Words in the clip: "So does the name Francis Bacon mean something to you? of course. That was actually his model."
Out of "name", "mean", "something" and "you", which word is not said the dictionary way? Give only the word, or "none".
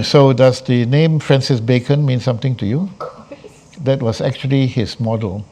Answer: something